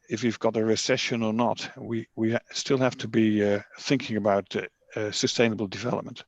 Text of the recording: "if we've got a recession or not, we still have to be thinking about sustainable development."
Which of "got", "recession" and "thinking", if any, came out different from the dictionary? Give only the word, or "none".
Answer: none